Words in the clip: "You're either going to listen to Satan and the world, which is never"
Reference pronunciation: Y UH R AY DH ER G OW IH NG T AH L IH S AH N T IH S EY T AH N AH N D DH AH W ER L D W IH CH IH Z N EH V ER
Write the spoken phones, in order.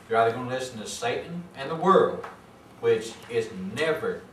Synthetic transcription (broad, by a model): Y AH R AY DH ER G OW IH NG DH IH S N T IH S EY T N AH N DH AH W ER L D W IH CH IH Z N EH V ER